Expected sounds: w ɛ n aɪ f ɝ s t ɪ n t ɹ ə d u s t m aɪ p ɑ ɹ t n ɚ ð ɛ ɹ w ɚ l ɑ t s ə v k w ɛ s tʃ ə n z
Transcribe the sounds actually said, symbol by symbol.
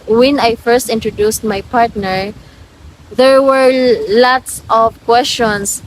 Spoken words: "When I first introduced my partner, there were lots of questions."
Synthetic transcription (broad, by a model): w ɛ n aɪ f ɝ s t ɪ n t ɹ ə d u s t m aɪ p ɑ ɹ t n ɚ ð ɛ ɹ w ɚ l ɑ t s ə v k w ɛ s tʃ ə n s